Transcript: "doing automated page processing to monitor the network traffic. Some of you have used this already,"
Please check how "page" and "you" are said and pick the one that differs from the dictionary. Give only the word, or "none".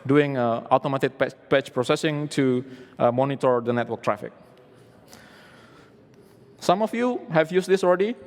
page